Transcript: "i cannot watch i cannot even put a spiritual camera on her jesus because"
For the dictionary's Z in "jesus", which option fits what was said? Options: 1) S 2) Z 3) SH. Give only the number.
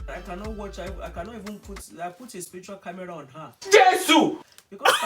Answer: 1